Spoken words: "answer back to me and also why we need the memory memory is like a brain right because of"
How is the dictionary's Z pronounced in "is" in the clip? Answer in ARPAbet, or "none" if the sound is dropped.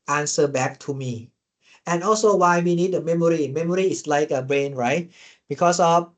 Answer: S